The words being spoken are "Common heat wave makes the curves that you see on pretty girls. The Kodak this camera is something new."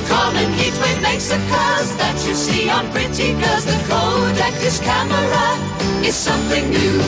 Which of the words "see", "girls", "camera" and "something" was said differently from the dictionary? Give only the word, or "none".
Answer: girls